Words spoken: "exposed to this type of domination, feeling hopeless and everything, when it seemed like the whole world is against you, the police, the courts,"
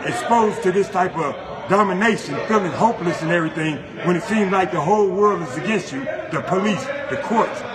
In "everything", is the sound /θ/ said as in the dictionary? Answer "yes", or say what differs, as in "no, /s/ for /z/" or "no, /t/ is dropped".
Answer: yes